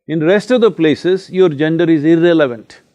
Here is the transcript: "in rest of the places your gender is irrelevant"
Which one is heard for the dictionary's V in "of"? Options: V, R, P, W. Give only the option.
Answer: V